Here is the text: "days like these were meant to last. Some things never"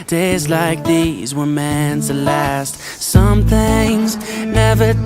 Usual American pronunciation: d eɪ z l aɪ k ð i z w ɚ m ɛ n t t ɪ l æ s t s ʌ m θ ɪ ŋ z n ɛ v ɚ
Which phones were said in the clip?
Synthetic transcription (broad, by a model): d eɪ z l aɪ k ð i z w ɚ m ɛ n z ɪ l æ s t s ʌ m θ ɪ ŋ z n ɛ v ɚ